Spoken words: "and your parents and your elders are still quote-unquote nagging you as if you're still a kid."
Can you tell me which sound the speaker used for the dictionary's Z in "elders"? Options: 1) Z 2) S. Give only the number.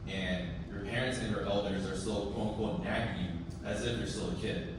1